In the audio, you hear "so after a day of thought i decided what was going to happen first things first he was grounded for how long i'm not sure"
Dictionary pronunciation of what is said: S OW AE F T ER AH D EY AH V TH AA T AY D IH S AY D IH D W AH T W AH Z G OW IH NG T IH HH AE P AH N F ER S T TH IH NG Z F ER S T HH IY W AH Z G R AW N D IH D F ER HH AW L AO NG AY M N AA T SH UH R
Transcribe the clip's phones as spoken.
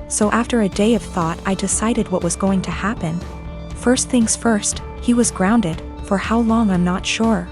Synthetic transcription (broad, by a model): S OW AE F T ER AH D EY AH V TH AA T AY D IH S AY D IH D W AH T W AH Z G OW IH NG T IH HH AE P AH N F ER S T TH IH NG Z F ER S T HH IY W AH Z G R AW N D IH D F ER HH AW L AO NG AY M N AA T SH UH R